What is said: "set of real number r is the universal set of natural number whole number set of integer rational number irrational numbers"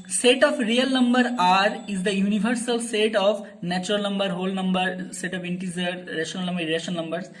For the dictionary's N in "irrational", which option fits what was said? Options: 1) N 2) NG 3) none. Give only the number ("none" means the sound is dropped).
3